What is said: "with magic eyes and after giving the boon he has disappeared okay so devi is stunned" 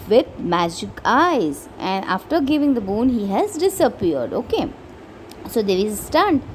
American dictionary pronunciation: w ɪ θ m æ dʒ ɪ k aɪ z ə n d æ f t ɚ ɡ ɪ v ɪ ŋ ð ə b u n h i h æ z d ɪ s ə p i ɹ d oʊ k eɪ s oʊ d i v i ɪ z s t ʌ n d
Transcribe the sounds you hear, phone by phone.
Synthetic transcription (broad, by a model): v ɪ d m æ dʒ ɪ k aɪ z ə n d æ f t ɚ ɡ ɪ v ɪ ŋ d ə b u n h i h æ z d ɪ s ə p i ɹ d oʊ k eɪ s oʊ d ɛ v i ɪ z s t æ n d